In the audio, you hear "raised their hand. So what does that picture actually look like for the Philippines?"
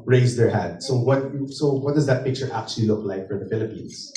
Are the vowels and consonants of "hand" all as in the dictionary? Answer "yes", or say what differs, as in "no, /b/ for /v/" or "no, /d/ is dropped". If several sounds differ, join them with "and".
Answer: no, /n/ is dropped